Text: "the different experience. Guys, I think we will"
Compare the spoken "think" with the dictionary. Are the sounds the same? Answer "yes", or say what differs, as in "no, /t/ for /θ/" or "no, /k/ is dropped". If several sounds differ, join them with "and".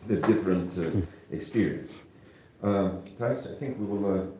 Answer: yes